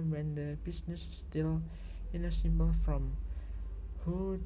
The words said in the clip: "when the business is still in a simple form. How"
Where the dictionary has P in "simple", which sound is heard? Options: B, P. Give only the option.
B